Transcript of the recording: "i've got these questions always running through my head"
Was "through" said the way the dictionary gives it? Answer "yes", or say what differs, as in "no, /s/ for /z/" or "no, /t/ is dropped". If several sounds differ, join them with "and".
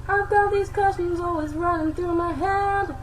yes